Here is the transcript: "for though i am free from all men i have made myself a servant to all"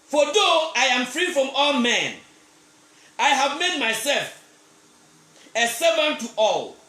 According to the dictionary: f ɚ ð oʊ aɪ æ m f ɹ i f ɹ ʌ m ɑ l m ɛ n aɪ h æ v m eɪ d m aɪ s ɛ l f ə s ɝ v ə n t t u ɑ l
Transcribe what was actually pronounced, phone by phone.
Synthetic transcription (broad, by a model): f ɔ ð oʊ aɪ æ m f ɹ i f ɹ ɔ m ɑ l m ɛ n aɪ h æ v m eɪ d m aɪ s ɛ l f ə s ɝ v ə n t t u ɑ l